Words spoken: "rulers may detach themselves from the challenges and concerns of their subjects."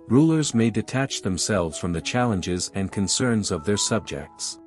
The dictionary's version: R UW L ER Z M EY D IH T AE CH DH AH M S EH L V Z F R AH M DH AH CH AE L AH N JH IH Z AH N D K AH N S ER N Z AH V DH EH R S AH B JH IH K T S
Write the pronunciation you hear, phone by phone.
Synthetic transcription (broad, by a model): R UW L ER Z M EY D IH T AE CH DH AH M S EH L V Z F R AH M DH AH CH AE L AH N JH IH Z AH N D K AH N S ER N Z AH V DH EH R S AH B JH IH K T S